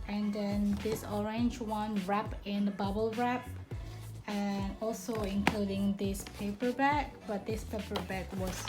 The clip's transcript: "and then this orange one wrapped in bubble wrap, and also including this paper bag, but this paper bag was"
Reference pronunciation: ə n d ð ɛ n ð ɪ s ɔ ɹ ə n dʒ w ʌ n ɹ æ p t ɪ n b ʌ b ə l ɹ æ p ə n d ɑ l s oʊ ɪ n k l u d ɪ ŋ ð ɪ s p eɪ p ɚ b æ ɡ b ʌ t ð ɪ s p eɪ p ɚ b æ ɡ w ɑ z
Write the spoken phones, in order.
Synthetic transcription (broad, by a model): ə n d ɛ n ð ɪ s ɔ ɹ ə n dʒ w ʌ n ɹ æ p ɪ n b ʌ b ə l ɹ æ p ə n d ɑ l s oʊ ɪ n k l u d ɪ ŋ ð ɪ s p eɪ p ɚ b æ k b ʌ t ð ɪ s p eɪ p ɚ b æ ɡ w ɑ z